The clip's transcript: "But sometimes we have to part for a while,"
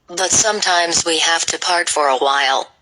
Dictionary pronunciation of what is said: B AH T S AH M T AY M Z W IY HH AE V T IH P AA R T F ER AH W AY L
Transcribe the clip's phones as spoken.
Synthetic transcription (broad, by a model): B AH T S AH M T AY M Z W IY HH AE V T IH P AA R T F ER AH W AY L